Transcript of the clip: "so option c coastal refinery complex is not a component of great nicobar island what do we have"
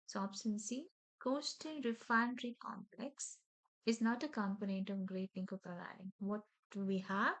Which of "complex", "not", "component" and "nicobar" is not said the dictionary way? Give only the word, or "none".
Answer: nicobar